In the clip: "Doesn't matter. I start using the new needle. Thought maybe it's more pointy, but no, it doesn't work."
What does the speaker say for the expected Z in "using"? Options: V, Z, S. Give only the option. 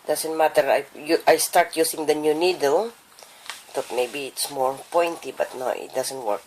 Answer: S